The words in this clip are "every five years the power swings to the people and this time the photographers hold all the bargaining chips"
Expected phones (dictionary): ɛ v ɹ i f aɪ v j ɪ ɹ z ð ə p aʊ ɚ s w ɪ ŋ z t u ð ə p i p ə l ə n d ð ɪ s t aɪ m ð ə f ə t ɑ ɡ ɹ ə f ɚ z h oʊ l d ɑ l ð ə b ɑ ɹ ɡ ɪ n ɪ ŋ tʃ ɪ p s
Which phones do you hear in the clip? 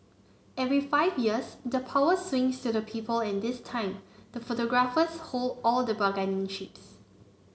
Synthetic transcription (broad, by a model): ɛ v ɹ i f aɪ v j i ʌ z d ə p aʊ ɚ s w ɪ ŋ s t u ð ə p i p ə l ə n d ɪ s t aɪ m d ə f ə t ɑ ɡ ɹ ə f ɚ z h oʊ l d ɑ l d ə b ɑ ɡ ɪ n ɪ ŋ ʃ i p s